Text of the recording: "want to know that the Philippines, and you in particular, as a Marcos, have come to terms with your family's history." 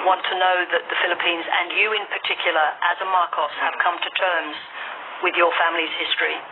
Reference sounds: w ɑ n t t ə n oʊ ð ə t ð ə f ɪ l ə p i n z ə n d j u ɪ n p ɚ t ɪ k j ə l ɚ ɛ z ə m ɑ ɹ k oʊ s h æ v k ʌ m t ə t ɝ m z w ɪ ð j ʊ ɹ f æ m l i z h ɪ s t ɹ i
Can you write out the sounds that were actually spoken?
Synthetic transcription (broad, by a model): w ɑ n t t ə n oʊ ð ə t ð ə f ɪ l ə p i n z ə n j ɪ ɪ n p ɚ t ɪ k j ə l ɚ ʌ z ə m ɑ ɹ k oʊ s h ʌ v k ʌ m t ə t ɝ m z w ɪ ð j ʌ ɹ f æ m l i z h ɪ s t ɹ i